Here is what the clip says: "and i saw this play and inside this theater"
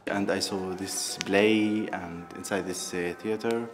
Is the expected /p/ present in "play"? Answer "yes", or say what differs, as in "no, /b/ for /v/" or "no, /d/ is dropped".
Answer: no, /b/ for /p/